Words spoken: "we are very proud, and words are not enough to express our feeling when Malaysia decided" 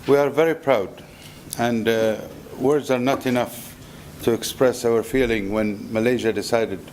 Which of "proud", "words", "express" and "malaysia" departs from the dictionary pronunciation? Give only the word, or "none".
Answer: none